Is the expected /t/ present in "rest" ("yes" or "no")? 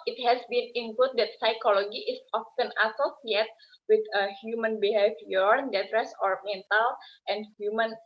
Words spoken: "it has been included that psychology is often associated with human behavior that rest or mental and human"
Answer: no